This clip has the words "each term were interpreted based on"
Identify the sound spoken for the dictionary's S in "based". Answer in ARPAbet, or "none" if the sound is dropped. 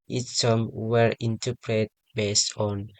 S